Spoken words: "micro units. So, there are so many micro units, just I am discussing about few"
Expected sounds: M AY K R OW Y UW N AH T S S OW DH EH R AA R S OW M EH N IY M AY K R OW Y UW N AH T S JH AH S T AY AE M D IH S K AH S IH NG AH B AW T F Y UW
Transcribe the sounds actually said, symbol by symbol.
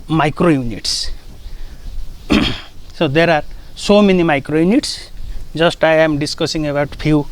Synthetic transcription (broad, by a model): M AY K R OW Y UW N AH T S S OW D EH R AA R S OW M EH N IY M AY K R OW Y UW N AH T S Z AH S T AY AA M D IH S K AH S IH NG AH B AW T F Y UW